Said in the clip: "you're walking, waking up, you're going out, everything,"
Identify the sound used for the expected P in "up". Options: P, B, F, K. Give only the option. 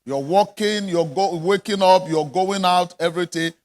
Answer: P